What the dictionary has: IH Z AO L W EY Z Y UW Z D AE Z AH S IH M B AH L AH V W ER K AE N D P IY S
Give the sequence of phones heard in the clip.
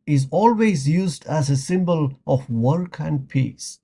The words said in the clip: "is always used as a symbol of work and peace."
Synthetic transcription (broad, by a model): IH Z AO L W EY Z Y UW Z D AE Z AH S IH M B AH L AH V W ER K AE N D P IY S